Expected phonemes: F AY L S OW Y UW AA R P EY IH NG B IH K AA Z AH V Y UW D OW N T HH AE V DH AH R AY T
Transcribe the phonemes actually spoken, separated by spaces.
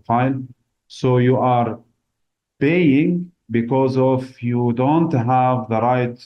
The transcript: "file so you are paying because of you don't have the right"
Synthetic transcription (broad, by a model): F AY L S OW Y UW AA R P EY IH NG B IH K AA Z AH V Y UW D OW N T HH AE V DH AH R AY T